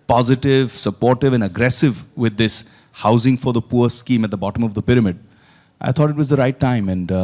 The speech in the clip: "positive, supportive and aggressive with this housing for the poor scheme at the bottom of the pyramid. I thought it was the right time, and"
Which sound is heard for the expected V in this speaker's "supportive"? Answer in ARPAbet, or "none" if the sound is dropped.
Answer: V